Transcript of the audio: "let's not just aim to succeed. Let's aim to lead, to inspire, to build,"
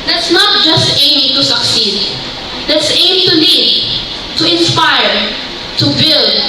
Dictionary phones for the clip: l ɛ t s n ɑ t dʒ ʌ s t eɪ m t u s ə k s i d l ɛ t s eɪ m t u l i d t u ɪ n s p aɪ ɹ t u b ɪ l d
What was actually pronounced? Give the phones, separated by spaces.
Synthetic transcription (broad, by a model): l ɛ t s n ɑ t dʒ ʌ s t eɪ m t u s ə k s i d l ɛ t s eɪ m t u n i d t u ɪ n s p aɪ ɹ t u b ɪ l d